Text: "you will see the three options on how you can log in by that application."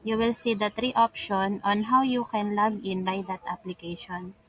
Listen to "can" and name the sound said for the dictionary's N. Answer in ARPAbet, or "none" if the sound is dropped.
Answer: N